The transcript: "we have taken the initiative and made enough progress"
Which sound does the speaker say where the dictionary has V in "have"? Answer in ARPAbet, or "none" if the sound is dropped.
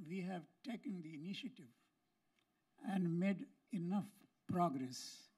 V